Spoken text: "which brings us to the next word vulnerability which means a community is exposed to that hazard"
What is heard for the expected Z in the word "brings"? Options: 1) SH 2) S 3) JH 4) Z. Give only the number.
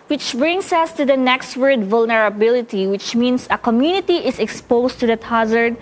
2